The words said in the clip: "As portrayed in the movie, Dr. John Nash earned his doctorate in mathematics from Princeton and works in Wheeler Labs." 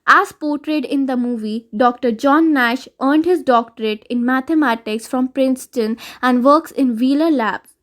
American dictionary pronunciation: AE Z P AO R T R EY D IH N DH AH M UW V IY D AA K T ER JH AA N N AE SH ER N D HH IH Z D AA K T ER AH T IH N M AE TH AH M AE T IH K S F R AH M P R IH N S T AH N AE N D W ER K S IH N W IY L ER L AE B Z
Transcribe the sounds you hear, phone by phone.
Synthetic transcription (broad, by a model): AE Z P AO R T R EY D IH N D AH M UW V IY D AA K T ER JH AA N N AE SH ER N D HH IH Z D AA K T ER AH T IH N M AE T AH M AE T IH K S F R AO M P R IH N S T AH N AE N D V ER K S IH N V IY L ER L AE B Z